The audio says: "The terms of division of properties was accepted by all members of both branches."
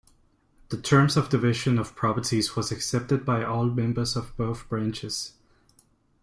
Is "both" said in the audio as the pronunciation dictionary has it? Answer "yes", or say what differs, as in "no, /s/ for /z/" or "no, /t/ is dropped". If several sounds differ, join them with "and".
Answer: yes